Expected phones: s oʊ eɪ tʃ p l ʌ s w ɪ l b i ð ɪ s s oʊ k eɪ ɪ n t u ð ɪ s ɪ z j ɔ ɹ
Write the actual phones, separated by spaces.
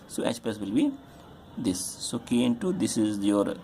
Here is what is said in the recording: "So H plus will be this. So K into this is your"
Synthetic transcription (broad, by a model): s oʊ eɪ s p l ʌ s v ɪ l b i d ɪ s s oʊ k eɪ ɪ n t u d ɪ s ɪ z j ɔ ɹ